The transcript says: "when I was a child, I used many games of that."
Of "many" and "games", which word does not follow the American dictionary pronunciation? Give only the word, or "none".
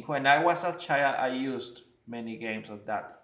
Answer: games